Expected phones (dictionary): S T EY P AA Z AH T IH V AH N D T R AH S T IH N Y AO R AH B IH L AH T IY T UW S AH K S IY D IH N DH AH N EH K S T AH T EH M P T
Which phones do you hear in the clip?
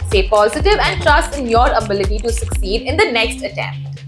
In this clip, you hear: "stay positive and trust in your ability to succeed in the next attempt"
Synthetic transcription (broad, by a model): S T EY P AA Z AH T IH V AH N D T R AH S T IH N Y AO R AH B IH L AH T IY T UW S AH K S IY D IH N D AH N EH K S T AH T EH M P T